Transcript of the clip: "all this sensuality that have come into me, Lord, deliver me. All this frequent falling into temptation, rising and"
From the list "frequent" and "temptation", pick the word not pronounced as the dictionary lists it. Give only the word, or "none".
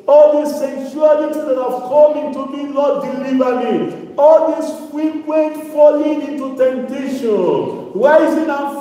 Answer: frequent